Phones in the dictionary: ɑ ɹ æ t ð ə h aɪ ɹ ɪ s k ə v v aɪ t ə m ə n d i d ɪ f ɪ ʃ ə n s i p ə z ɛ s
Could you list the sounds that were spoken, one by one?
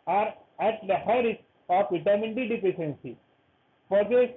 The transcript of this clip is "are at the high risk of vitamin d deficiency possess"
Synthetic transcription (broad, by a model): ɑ ɹ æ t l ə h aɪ ɹ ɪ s ə f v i t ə m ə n d i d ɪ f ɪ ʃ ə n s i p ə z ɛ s